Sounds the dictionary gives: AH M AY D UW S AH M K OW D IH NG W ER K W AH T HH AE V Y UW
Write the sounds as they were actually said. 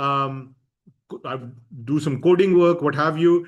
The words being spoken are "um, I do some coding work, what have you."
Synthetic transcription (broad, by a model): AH M AY D UW S AH M K OW D IH NG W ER K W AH T HH AE V Y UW